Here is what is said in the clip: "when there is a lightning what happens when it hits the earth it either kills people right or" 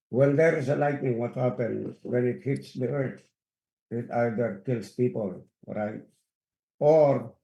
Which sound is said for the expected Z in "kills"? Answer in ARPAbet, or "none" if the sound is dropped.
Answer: S